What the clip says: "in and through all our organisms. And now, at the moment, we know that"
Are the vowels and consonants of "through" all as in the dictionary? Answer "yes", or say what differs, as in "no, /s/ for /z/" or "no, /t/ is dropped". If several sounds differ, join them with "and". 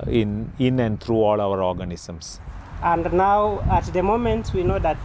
no, /t/ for /θ/